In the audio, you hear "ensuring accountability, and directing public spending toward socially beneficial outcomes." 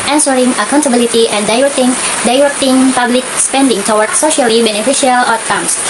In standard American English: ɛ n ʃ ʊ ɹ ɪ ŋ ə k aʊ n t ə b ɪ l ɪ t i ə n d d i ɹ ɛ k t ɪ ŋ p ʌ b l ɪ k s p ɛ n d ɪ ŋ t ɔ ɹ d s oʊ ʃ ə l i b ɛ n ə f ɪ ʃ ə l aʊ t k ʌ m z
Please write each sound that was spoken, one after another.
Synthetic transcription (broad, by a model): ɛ n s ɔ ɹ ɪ ŋ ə k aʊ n t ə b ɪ l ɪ t i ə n d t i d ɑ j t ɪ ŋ p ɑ b l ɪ k s p ɛ n d ɪ ŋ t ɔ w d s oʊ ʃ ə l i b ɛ n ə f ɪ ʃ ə l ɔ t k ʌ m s